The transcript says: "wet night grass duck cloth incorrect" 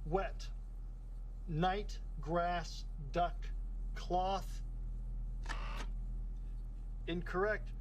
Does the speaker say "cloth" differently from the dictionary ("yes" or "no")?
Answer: no